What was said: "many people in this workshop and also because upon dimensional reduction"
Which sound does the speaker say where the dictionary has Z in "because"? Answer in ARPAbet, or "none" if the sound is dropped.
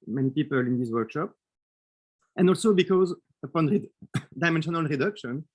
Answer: Z